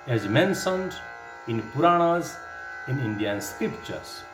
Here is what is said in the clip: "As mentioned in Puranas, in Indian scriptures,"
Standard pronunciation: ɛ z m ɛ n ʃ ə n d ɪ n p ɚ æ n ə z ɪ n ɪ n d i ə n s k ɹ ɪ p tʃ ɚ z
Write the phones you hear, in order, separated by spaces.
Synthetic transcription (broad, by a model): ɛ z m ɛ n s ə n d ɪ n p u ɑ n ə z ɪ n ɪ n d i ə n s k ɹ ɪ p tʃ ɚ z